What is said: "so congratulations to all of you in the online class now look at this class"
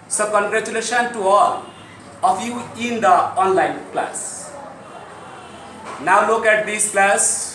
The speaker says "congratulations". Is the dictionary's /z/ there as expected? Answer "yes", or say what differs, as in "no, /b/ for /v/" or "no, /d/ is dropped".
no, /z/ is dropped